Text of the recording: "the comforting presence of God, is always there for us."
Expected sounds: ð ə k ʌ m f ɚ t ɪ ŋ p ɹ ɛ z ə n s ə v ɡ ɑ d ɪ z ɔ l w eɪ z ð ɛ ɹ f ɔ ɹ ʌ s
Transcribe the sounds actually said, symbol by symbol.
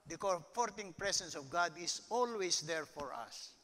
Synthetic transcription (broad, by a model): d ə k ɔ f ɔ t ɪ ŋ p ɹ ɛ s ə n s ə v ɡ ɑ d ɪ s ɔ l w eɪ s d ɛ ɹ f ɔ ɹ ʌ s